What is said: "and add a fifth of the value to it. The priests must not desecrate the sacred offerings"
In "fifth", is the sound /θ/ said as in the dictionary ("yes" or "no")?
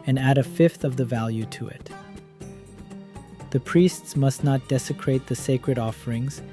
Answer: yes